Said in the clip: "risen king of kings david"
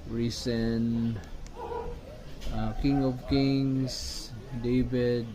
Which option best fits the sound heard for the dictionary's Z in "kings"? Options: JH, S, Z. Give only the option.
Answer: S